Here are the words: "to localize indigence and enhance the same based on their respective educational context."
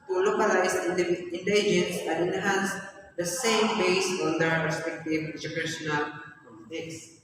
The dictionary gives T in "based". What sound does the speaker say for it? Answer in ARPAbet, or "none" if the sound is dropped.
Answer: none